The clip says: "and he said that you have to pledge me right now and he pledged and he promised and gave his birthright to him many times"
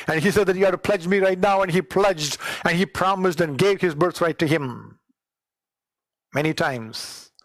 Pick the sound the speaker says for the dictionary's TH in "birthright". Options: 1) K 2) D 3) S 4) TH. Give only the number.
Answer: 3